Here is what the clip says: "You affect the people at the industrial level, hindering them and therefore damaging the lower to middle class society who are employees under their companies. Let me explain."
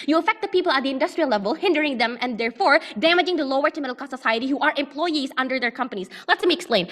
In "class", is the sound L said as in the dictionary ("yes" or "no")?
no